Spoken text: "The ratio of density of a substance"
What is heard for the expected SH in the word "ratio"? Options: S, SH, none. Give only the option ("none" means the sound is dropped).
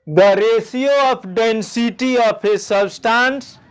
S